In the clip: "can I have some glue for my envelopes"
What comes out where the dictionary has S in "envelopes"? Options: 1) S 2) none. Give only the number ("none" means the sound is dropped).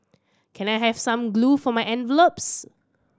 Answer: 1